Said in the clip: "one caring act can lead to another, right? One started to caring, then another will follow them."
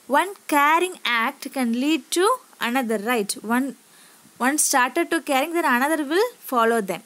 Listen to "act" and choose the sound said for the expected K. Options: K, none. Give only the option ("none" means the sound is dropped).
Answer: K